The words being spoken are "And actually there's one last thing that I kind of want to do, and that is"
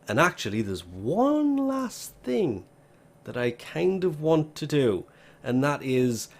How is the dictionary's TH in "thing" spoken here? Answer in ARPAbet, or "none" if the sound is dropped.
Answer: TH